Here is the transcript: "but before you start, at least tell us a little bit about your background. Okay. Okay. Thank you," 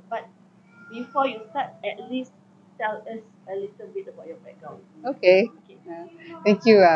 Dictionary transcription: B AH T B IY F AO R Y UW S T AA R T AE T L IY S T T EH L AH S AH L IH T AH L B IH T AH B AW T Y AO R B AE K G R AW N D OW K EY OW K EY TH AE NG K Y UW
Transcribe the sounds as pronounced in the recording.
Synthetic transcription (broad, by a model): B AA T B IY F AO Y UW S T AA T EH T L IY S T T EH L AH S AH L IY T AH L B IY T AH B AW T Y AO B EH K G R AW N OW K EY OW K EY T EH NG K Y UW